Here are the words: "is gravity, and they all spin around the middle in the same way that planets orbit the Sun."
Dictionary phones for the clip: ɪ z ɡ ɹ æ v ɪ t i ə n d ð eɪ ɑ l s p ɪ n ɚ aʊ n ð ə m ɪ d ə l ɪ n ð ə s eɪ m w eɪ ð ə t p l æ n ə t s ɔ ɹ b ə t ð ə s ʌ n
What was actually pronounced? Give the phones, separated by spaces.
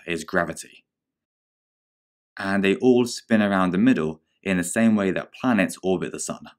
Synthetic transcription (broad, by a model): ɪ z ɡ ɹ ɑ v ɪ t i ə n ð eɪ ɑ l s p ɪ n ɚ aʊ n ð ə m ɪ d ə l ɪ n ð ə s eɪ m w eɪ ð ə t p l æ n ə t s ɔ l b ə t ð ə s ʌ n